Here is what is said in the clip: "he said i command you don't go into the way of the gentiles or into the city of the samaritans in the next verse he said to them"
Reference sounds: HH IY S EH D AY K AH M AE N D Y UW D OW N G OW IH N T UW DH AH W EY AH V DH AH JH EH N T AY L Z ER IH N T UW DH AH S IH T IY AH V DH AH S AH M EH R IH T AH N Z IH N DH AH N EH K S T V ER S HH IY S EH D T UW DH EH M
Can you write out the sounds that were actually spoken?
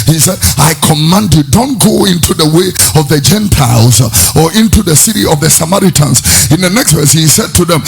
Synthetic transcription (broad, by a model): HH IY S EH D AY K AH M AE N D Y UW D OW N G OW IH N T UW DH AH W EY AH V DH AH JH EH N T AY L Z ER IH N T UW DH AH S IH T IY AH V DH AH S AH M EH R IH T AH N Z IH N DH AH N EH K S T V ER S HH IY S EH D T UW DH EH M